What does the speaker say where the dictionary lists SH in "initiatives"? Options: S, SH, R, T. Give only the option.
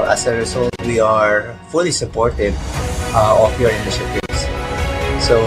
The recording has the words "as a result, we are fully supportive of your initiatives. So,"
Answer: S